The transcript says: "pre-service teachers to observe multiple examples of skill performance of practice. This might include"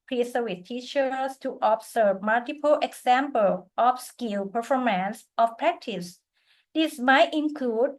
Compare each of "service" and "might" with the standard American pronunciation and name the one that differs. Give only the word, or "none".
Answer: service